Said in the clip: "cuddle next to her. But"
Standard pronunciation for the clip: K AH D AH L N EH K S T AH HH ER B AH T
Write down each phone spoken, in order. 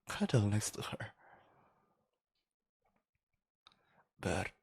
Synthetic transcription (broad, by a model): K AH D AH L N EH S T AH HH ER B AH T